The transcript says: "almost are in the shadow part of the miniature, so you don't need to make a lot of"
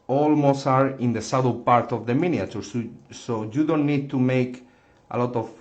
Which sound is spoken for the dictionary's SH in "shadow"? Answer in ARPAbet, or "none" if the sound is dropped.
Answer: S